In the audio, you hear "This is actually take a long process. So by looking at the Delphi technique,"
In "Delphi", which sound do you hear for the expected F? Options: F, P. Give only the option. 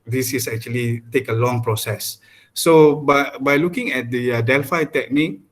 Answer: F